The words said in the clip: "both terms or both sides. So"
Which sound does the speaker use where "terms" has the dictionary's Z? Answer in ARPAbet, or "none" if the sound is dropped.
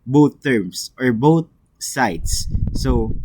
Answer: S